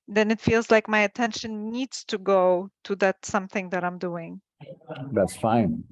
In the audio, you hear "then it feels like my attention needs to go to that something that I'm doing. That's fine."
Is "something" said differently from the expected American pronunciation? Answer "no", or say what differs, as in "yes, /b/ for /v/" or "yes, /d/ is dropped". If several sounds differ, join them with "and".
no